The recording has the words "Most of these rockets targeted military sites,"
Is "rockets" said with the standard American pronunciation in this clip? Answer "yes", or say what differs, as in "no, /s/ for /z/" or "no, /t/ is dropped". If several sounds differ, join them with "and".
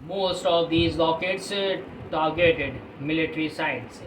no, /l/ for /ɹ/